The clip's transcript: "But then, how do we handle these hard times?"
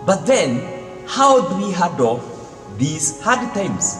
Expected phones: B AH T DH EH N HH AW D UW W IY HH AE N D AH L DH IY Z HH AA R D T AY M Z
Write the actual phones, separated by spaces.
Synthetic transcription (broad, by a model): B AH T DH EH N HH AW D UW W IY HH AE D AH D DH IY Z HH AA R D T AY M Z